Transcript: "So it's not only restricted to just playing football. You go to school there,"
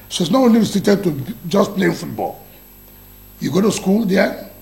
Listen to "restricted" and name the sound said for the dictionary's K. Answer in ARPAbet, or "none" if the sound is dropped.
none